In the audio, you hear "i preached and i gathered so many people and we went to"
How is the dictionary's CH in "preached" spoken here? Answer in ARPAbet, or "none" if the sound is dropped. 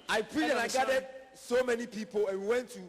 none